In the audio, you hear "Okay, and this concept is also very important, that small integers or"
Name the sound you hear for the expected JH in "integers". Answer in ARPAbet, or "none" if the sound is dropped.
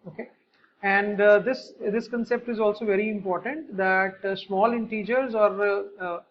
JH